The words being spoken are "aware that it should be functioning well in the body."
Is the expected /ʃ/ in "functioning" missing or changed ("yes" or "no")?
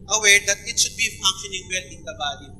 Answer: yes